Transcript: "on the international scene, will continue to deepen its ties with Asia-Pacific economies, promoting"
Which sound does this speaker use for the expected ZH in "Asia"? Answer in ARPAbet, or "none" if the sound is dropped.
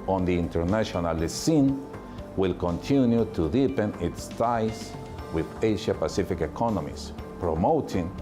SH